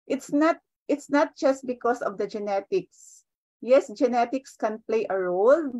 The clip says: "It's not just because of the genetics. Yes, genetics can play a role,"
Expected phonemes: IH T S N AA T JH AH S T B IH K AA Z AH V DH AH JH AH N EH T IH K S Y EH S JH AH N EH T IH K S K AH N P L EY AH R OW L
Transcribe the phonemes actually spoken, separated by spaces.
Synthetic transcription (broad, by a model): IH T S N AA T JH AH S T B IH K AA S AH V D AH JH AH N EH T IH K S Y EH S JH AH N EH T IH K S K AH N P L EY AH R OW L